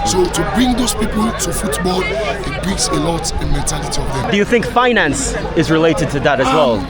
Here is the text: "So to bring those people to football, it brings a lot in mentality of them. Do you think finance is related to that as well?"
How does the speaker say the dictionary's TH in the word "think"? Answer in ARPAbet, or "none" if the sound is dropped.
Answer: TH